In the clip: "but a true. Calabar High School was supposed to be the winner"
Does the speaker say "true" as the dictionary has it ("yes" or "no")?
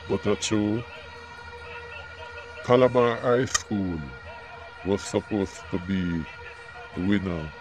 no